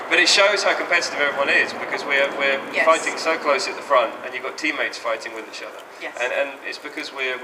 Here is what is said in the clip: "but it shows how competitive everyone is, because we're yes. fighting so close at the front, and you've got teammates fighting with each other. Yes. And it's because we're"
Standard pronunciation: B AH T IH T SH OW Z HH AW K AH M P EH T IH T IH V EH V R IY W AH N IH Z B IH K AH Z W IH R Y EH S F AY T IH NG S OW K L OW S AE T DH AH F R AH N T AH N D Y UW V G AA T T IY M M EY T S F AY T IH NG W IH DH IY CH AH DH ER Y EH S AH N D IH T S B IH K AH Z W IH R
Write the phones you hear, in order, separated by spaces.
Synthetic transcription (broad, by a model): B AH T IH T SH OW Z HH AW K AH M P EH T IH T IH V EH V R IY W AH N IH Z B IH K AH Z W IH R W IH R F AY T IH NG S OW K L OW S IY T DH AH F R AH N T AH N Y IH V G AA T T IY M M EY T S F AY T IH NG W IH DH IY CH AH DH ER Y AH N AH N IH T S B IH K AH Z W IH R